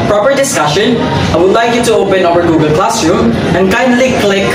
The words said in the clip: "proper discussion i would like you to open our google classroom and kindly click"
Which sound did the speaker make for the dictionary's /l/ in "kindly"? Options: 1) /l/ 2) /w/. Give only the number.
1